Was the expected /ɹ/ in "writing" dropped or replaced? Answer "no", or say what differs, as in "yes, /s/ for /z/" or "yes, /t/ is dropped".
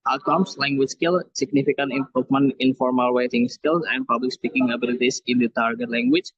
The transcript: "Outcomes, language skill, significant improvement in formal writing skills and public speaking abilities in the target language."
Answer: yes, /w/ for /ɹ/